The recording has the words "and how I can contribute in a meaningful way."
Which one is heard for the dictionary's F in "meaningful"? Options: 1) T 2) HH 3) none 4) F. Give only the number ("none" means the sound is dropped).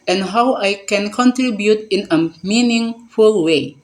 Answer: 4